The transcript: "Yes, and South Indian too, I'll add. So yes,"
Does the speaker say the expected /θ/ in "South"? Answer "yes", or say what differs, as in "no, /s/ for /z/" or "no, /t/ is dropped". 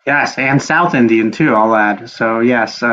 yes